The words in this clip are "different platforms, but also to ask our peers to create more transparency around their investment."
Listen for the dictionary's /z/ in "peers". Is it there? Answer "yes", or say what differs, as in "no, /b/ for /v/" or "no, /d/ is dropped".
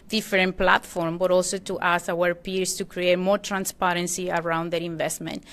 no, /s/ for /z/